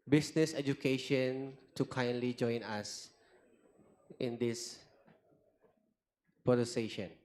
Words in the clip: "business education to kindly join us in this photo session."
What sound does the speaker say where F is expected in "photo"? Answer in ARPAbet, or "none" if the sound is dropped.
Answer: P